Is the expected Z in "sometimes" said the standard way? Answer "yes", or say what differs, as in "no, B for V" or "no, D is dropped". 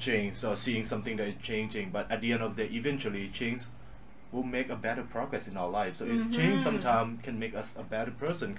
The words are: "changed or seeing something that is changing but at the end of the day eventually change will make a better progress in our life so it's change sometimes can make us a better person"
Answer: no, Z is dropped